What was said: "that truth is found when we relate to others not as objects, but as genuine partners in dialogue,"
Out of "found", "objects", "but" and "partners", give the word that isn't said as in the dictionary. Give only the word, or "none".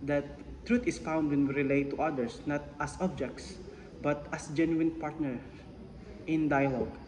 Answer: partners